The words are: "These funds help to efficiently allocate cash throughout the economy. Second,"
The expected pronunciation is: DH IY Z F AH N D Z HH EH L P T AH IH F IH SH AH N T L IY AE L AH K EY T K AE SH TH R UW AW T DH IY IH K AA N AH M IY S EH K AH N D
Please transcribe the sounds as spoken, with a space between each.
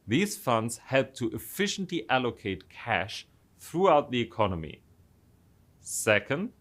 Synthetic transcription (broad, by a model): DH IY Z F AH N D Z HH EH L P T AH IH F IH SH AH N T L IY AE L AH K EY T K AE SH TH R UW AW T DH IY IH K AA N AH M IY S EH K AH N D